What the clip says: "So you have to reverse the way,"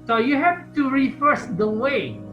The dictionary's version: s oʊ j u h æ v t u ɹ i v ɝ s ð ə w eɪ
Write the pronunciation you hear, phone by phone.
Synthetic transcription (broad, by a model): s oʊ j u h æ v t u ɹ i f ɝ s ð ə w eɪ